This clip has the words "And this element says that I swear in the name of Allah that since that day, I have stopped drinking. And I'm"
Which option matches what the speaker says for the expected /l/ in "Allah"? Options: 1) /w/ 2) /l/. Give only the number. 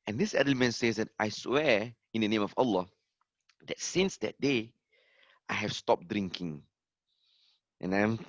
2